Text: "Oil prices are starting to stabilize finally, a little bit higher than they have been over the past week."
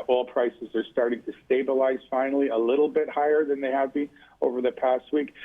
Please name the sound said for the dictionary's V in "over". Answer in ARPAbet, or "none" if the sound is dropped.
V